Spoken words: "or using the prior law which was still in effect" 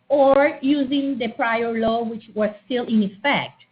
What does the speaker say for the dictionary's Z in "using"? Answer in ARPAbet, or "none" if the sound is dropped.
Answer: Z